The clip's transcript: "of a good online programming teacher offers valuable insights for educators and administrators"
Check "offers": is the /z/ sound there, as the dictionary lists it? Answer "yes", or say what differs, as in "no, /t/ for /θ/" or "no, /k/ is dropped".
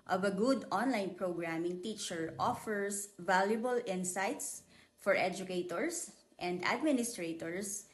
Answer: no, /s/ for /z/